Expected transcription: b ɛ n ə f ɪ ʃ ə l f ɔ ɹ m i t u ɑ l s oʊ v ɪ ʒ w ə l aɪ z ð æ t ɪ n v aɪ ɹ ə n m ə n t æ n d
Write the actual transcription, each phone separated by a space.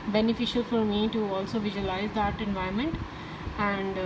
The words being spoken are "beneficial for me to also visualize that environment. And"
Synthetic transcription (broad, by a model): b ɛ n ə f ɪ ʃ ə l f ɔ ɹ m i t u ɑ l s oʊ v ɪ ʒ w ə l aɪ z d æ t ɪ n v aɪ ə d m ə n t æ n d